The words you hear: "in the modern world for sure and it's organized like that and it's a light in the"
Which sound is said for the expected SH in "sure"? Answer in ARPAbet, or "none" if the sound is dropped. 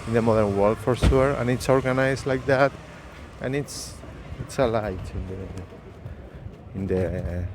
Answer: S